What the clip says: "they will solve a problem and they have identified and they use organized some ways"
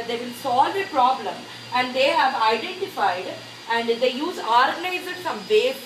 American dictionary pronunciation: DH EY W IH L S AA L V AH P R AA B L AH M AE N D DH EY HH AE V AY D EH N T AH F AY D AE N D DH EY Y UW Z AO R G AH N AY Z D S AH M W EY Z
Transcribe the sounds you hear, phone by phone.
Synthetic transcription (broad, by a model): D EY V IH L S AA L V AH P R AA B L AH M AE N D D EY HH AE V AY D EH N T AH F AY D AE N D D EY Y UW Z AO R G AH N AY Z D S AH M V EY